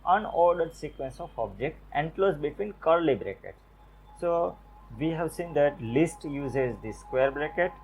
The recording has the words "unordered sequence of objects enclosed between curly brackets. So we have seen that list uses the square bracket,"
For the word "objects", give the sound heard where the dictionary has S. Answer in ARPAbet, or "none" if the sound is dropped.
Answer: none